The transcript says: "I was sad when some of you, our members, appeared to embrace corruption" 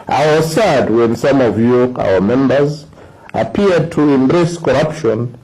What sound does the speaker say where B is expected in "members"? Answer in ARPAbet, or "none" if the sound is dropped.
B